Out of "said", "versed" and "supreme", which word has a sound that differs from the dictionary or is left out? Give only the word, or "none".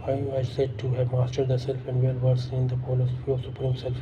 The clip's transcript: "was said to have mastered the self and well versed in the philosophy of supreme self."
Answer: versed